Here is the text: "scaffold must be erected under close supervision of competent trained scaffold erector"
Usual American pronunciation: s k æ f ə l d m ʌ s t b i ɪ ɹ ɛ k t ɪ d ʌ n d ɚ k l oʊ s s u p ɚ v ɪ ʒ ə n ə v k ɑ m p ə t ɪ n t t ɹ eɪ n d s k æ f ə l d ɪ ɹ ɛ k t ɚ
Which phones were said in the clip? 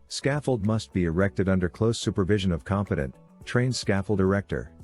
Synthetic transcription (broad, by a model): s k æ f l d m ʌ s t b i ɪ ɹ ɛ k t ɪ d ʌ n d ɚ k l oʊ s s u p ɚ v ɪ ʒ ə n ə v k ɑ m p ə t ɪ n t t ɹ eɪ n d s k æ f l d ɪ ɹ ɛ k t ɚ